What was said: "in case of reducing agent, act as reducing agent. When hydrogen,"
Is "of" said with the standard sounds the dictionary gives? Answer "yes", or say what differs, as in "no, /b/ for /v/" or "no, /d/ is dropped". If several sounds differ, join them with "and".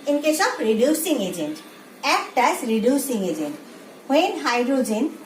no, /p/ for /v/